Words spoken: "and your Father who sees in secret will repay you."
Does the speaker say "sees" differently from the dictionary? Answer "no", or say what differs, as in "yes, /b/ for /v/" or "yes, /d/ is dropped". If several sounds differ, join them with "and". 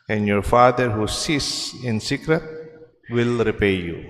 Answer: yes, /s/ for /z/